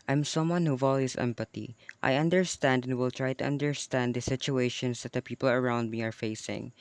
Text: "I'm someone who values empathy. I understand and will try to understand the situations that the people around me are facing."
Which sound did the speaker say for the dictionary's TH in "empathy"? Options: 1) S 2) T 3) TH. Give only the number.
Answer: 2